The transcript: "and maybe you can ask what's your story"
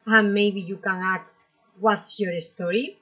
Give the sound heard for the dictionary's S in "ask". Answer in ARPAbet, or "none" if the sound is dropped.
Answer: none